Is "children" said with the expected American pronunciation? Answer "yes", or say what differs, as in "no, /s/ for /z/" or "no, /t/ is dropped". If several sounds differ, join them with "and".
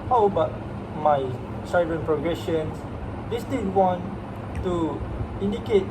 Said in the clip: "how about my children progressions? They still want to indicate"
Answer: no, /s/ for /tʃ/